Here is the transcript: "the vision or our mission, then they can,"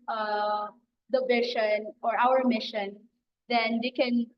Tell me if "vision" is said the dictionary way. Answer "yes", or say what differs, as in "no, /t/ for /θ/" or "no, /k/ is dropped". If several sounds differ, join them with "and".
no, /ʃ/ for /ʒ/